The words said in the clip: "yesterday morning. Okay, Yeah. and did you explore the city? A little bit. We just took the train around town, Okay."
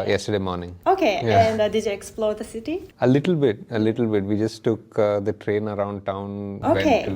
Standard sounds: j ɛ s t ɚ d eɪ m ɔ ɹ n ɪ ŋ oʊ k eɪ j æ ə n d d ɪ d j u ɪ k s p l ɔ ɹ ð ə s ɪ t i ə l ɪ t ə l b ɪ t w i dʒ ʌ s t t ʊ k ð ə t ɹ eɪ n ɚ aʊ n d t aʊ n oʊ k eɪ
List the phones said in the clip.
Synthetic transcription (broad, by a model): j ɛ s t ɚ d eɪ m ɔ ɹ n ɪ ŋ oʊ k eɪ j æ ə n d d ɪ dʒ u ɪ k s p l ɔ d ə s ɪ t i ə l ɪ t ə l b ɪ t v i dʒ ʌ s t t ʊ k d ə t ɹ eɪ n ɚ aʊ n d t aʊ n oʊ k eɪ